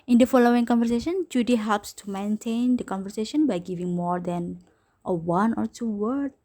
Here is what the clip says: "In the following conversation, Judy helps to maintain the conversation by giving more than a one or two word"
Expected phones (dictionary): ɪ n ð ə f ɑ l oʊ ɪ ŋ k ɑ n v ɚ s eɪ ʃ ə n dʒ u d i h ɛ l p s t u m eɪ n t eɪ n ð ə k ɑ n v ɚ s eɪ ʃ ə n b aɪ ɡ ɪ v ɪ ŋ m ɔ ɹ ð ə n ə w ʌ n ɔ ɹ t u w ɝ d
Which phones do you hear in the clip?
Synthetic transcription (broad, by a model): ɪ n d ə f ɑ l oʊ ɪ ŋ k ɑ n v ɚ s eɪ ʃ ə n dʒ u d i h ɛ l p s t u m eɪ n t eɪ n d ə k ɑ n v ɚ s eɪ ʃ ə n b aɪ ɡ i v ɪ ŋ m ɔ ɹ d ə n ə w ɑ n ɔ ɹ t u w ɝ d